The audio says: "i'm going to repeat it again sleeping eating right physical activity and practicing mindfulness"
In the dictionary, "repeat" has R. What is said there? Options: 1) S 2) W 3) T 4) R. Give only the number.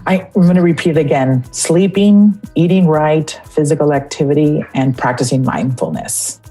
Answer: 4